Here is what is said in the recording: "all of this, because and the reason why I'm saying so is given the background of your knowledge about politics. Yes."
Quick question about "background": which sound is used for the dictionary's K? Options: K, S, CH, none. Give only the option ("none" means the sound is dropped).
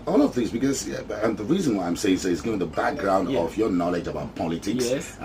K